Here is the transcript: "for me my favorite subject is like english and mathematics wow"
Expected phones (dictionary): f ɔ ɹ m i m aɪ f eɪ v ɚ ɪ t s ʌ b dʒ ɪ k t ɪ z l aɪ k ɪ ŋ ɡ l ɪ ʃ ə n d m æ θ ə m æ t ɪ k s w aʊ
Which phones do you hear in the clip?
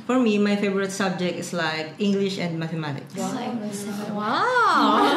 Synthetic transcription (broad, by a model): f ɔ ɹ m i m aɪ f eɪ v ɚ ɪ t s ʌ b dʒ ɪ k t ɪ s l aɪ k ɪ ŋ ɡ l ɪ ʃ ə n d m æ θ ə m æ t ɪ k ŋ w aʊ